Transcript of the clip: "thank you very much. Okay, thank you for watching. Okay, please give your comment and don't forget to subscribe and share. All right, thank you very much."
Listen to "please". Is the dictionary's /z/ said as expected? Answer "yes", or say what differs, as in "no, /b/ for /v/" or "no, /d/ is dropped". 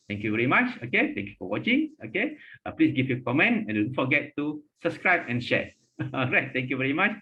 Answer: no, /s/ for /z/